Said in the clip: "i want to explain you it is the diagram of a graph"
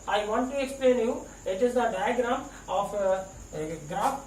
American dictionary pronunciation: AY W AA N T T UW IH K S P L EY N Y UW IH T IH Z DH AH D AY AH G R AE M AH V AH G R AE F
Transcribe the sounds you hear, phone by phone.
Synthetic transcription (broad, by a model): AY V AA N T T UW IH K S P L EY N Y UW IH T IH Z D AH D AY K G R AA AH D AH G R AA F